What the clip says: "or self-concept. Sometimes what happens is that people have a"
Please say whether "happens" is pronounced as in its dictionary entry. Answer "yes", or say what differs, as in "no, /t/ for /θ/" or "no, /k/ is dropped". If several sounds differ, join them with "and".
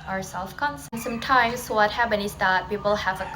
no, /z/ is dropped